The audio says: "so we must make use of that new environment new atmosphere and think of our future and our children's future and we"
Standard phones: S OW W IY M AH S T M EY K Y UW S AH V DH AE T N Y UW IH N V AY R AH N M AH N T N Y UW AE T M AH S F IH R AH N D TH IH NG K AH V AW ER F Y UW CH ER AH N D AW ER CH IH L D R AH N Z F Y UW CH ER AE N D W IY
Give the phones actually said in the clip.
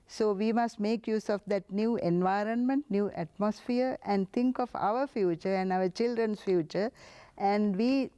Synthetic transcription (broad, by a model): S OW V IY M AH S T M EY K Y UW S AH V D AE T N Y UW IH N V AY R AH N M AH N T N Y UW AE T M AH S F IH R AH N D T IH NG K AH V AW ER F Y UW CH ER AH N D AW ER CH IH L D R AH N S F Y UW CH ER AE N D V IY